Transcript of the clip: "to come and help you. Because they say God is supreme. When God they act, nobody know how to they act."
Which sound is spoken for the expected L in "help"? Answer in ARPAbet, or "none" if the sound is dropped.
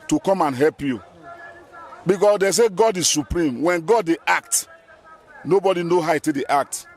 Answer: L